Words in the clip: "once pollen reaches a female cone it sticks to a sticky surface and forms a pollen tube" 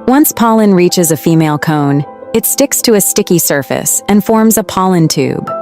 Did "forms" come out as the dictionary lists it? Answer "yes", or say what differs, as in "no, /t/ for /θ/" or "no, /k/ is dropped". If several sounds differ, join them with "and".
yes